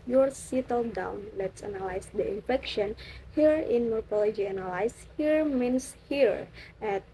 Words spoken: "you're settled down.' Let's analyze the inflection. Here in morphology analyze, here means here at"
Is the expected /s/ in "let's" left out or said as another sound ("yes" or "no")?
no